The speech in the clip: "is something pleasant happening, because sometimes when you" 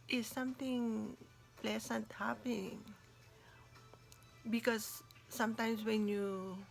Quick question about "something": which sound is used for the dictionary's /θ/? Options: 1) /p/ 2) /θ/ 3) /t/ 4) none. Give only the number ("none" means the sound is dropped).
3